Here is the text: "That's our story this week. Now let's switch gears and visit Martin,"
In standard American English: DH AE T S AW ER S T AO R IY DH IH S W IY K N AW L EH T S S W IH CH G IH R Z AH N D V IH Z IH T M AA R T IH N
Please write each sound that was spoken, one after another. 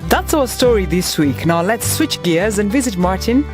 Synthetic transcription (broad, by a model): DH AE T S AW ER S T AO R IY DH IH S W IY K N AW L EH T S S W IH CH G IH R Z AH N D V IH Z IH T M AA R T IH N